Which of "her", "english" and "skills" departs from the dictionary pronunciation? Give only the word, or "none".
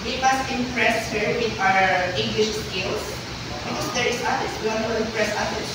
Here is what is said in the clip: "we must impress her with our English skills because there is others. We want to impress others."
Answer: skills